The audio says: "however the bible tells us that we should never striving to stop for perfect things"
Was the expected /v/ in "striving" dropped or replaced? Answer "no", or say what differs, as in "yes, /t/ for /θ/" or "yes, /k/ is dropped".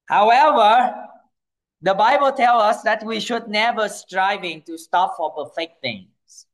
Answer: no